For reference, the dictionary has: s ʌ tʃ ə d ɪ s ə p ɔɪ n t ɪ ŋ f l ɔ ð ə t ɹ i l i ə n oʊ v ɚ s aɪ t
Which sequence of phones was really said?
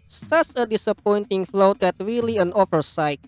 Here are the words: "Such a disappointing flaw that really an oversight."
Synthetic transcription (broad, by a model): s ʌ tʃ ə d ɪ s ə p ɔɪ n t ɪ ŋ f l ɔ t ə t ɹ i l i ə n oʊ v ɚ s aɪ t